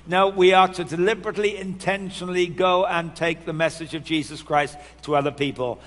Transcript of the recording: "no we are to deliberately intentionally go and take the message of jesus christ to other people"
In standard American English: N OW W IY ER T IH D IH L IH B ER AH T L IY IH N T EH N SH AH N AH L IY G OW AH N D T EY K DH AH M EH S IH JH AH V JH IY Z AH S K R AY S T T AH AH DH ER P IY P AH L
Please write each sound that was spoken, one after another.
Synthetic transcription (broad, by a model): N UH W IY ER T IH D IH L IH B ER AH T L IY IH N T EH N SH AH N L IY G OW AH N T EY K DH AH M EH S IH JH AH V JH IY Z AH S K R AY S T T AH AH DH ER P IY P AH L